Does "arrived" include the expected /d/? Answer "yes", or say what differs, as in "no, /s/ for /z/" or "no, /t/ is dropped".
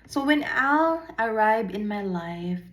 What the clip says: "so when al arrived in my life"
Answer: no, /d/ is dropped